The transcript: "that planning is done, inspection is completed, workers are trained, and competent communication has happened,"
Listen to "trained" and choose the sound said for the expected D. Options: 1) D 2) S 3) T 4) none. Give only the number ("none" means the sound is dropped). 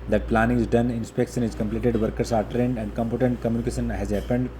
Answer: 1